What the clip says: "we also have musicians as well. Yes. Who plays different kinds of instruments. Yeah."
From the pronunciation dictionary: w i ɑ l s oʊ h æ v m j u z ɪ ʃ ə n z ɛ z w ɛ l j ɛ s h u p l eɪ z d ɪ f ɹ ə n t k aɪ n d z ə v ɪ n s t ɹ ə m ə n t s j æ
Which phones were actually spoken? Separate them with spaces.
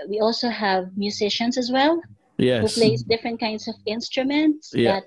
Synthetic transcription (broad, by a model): w i ɑ l s oʊ h æ v m j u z ɪ ʃ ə n s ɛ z w ɛ l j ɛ h u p l eɪ s d ɪ f ɹ ə n t k aɪ n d s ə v ɪ n s t ɹ ə m ə n t s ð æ